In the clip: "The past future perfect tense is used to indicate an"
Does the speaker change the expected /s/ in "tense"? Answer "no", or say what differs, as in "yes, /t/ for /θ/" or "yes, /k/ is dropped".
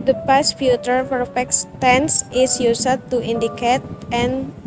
no